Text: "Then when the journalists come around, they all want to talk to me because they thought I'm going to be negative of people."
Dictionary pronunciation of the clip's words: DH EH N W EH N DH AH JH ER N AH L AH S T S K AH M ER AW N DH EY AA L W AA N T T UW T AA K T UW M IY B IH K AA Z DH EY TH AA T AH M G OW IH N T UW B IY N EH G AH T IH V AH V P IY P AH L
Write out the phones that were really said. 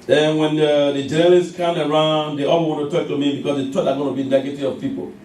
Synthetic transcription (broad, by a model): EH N W EH N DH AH JH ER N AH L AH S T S K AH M ER AW N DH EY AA W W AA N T T UW T AA K T UW M IY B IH K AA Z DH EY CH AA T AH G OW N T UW B IY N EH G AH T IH AH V P IY P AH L